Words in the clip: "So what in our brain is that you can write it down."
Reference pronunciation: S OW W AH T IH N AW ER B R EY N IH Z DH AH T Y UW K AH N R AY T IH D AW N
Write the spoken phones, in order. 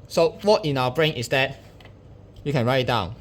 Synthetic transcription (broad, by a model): S OW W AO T IH N AW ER B R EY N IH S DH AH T Y UW K AH N R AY IH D AW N